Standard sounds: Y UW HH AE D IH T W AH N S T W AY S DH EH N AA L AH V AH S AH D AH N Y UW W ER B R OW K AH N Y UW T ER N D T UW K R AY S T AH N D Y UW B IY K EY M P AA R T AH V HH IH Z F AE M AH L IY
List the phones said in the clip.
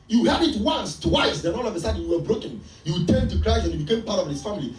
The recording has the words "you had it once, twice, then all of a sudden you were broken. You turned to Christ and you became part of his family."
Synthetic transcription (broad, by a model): Y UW HH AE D IH T W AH N S T W AY S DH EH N AA L AH V AH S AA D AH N Y UW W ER B R OW K AH N Y UW T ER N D T UW K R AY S AH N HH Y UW B IY K EY M P AA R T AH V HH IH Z F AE M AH L IY